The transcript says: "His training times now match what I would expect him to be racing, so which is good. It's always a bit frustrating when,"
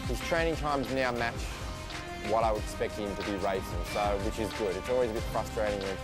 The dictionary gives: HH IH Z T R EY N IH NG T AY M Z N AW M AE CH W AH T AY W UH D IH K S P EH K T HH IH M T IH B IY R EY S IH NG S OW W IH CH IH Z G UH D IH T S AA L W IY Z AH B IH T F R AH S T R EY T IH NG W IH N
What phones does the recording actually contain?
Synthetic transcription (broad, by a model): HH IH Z T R EY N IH NG T AY M Z N AW M AE CH W AH T AY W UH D IH K S P EH K T HH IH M T IH B IY R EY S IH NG S OW W IH CH IH Z G UH D IH T S AA L W IY Z AH B IH T F R AH S T R EY T IH NG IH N